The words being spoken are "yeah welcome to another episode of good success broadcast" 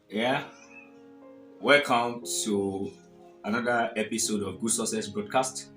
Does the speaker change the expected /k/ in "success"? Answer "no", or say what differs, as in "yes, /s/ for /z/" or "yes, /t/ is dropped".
yes, /k/ is dropped